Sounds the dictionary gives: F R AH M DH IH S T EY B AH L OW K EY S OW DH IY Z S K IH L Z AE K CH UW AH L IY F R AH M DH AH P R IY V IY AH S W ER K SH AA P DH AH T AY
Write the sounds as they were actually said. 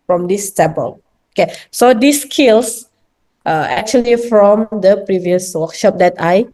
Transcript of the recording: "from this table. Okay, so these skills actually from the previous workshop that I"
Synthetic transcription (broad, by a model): F R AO M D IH S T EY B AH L OW K EY S OW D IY S K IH L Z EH K CH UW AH L IY F R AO M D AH P R IY V IY AH S W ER K SH AA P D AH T AY